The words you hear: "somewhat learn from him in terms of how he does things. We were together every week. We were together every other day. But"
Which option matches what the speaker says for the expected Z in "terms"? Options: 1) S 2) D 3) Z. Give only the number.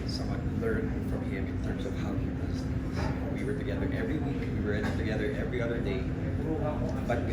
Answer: 3